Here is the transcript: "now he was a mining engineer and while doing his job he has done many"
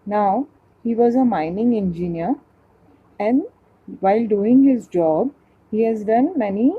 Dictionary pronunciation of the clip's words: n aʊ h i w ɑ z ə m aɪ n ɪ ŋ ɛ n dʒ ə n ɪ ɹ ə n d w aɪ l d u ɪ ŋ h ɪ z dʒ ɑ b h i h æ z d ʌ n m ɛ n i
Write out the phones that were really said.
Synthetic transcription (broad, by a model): n aʊ h i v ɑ z ə m aɪ n ɪ ŋ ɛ n dʒ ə n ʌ ɹ ə n d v aɪ l d u ɪ ŋ h ɪ z dʒ ɑ b h i h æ z d ʌ n m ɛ n i